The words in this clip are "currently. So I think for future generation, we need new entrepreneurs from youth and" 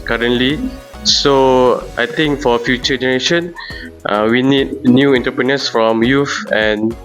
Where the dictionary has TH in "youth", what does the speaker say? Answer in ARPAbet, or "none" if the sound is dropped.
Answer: F